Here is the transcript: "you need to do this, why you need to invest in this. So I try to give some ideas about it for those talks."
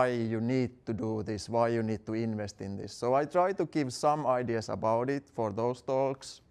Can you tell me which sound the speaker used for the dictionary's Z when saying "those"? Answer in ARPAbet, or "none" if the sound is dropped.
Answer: S